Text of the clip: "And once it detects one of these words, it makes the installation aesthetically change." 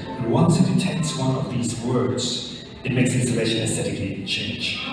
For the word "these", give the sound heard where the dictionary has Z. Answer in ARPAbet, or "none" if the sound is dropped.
Z